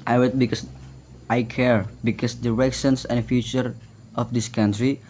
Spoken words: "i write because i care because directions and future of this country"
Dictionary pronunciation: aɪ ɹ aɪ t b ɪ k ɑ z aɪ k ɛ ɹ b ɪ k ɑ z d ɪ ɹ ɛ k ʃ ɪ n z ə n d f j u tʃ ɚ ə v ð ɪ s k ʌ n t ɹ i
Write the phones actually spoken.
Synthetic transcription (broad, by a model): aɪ w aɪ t b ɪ k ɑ s aɪ k ɛ ɹ b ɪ k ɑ s d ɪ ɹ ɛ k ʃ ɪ n s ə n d f j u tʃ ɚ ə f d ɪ s k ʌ n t ɹ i